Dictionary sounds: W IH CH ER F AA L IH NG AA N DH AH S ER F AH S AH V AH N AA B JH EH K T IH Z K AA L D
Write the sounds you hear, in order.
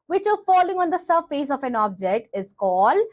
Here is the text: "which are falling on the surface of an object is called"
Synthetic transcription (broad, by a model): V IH CH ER F AA L IH NG AA N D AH S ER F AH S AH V AH N AA B JH EH K T IH Z K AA L D